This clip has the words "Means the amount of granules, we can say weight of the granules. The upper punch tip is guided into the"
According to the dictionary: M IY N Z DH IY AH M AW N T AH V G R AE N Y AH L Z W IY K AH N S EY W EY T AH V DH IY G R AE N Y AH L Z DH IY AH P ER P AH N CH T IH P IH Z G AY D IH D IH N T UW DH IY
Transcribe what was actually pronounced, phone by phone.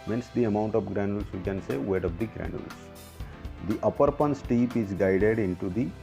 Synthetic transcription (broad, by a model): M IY N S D IY AH M AW N T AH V G R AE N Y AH L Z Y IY K AH N S EY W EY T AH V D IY G R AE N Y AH L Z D IY AH P ER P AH N S T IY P IH Z G AY D IH D IH N T UW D IY